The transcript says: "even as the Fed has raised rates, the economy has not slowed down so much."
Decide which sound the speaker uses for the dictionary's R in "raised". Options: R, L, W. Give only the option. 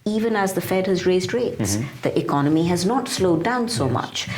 R